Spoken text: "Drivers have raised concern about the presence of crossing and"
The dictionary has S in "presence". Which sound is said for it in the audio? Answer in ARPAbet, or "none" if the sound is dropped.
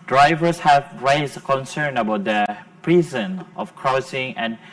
none